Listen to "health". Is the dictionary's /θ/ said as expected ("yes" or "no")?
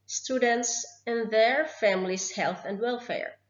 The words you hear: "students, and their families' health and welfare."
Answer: yes